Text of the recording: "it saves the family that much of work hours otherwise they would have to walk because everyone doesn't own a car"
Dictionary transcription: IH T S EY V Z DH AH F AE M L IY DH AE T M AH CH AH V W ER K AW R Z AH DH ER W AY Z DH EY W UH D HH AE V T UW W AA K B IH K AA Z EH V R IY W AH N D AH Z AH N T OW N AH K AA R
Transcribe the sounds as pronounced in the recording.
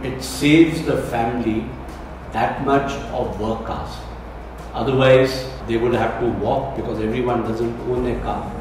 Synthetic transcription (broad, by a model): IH T S EY V Z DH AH F AE M L IY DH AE T M AH CH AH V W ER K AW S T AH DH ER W AY Z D EY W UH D HH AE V T UW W AA K B IH K AA Z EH V R IY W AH N D AH Z AH N T OW N AH K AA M